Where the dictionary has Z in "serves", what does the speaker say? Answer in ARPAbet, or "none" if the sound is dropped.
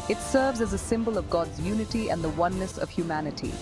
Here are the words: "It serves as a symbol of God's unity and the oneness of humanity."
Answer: Z